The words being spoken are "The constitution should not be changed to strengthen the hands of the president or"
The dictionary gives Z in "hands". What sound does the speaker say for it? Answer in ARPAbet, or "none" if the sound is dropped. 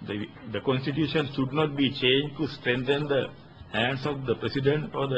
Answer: S